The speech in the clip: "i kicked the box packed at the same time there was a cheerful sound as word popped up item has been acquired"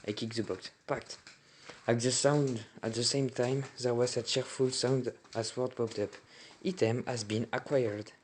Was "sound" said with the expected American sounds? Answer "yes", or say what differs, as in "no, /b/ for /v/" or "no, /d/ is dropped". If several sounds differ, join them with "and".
yes